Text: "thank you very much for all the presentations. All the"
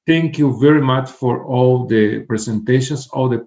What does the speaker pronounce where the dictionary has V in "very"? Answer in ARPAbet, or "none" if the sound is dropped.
V